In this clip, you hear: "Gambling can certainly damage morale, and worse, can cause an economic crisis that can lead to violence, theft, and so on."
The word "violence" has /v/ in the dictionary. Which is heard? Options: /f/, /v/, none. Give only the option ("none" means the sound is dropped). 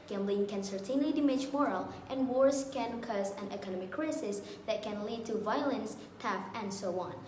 /v/